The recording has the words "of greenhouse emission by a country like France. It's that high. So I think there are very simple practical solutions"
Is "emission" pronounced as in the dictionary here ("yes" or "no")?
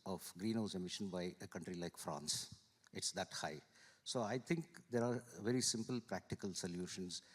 yes